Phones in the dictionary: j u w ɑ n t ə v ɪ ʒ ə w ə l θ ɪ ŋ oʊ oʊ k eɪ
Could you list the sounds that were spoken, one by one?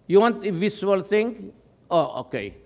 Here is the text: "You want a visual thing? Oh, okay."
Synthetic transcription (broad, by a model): j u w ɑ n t ə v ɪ s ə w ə l t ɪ ŋ oʊ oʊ k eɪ